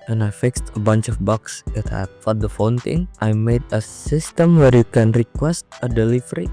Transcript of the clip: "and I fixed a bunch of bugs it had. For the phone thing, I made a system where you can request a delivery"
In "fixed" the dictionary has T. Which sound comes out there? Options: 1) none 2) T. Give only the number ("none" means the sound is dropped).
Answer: 2